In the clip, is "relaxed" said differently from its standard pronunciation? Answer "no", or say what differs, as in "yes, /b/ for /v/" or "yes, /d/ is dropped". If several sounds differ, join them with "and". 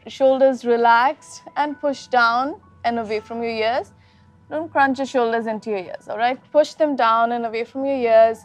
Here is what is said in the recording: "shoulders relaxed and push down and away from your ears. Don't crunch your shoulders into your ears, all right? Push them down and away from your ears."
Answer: yes, /t/ is dropped